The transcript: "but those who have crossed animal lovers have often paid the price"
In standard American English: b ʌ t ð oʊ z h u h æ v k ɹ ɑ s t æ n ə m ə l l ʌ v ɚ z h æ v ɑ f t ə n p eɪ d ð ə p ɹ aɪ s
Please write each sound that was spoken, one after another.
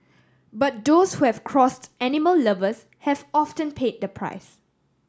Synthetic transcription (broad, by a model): b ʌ t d oʊ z h u h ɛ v k ɹ ɑ s t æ n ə m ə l l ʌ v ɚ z h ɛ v ɑ f t ə n p eɪ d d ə p ɹ aɪ s